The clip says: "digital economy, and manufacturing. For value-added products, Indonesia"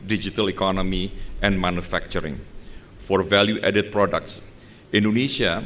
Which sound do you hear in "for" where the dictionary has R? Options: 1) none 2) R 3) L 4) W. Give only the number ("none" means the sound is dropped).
2